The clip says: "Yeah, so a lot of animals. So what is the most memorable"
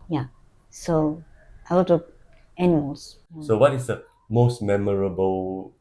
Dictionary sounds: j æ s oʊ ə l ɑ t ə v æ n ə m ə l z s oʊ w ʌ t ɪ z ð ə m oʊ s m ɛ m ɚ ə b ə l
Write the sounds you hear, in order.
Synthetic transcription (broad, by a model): j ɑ s oʊ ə w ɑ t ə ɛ n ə m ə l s s oʊ w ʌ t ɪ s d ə m oʊ s m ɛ m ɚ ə b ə l